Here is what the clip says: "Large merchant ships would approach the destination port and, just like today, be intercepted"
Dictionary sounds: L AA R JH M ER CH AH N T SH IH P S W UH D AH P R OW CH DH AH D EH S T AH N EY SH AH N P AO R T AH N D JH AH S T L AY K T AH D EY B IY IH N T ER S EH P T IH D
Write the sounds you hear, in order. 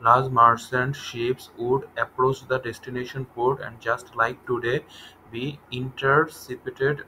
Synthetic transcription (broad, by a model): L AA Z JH M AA S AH N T SH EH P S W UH D AH P R OW CH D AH D EH S T AH N EY SH AH N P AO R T AH N D JH AH S T L AY K T AH D EY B IY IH N T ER S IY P T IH D